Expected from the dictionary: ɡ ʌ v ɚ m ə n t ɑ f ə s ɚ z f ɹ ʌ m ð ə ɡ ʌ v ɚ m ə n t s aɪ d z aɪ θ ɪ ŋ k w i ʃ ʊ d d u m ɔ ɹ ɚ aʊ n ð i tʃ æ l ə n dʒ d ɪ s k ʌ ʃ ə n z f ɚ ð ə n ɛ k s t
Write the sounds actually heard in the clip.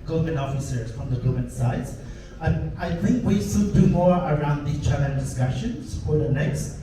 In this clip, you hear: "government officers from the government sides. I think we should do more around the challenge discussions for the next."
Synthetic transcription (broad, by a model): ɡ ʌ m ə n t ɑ f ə s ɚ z f ɹ ʌ m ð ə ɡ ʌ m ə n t s aɪ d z aɪ θ ɪ ŋ k w i s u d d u m ɔ ɹ ɚ aʊ n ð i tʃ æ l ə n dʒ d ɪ s k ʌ ʃ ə n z f ɚ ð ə n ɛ k s t